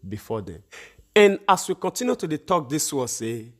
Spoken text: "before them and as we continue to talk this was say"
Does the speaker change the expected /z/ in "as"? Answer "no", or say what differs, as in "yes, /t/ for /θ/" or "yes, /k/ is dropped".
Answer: yes, /s/ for /z/